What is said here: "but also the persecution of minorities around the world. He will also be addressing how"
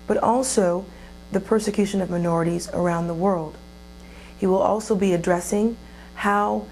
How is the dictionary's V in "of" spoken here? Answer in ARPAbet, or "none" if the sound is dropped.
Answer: V